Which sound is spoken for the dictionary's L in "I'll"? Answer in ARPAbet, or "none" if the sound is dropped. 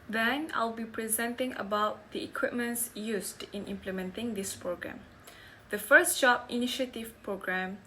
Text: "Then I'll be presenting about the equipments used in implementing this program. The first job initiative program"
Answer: L